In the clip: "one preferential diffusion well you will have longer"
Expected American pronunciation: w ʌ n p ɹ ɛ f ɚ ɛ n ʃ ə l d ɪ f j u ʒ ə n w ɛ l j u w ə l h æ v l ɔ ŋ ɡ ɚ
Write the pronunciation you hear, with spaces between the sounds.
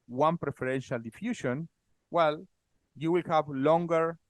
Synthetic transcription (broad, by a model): w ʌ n p ɹ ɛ f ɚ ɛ n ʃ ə l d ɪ f j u ʃ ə n w ɛ l j u w ə l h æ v l ɔ ŋ ɡ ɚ